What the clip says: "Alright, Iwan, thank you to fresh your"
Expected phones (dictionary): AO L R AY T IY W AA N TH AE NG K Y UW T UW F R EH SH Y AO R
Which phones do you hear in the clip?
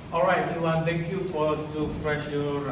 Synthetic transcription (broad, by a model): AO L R AY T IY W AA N T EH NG K Y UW T UW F R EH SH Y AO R